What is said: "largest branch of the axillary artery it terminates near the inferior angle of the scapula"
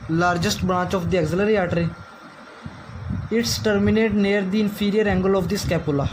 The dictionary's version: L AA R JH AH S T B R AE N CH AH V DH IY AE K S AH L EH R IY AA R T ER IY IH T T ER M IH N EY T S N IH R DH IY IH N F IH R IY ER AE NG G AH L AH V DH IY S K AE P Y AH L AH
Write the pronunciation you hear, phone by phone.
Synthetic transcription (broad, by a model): L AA R JH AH S T B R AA CH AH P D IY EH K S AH L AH R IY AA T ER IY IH T T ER M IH N EY T N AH R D IY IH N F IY R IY ER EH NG G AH L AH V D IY S K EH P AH L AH